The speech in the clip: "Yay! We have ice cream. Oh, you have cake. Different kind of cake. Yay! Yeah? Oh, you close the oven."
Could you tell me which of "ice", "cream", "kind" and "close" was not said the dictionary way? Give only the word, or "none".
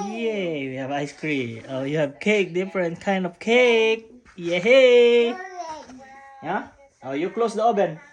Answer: cream